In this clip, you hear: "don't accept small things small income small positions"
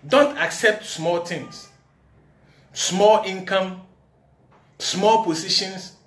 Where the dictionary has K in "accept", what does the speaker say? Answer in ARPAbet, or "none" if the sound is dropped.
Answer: K